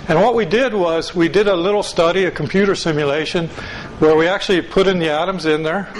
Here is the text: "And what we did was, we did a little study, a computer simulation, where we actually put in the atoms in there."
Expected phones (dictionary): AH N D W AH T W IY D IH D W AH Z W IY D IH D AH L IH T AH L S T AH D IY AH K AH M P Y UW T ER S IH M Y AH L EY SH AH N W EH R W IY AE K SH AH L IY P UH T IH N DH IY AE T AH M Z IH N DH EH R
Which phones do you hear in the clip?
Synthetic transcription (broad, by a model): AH N W AH T W IY D IH D W AH Z W IY D IH D AH L IH T L S T AH D IY AH K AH M P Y UW T ER S IH M Y AH L EY SH AH N W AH R W IY AE K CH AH L IY P UH T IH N DH IY AE T AH M Z IH N DH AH R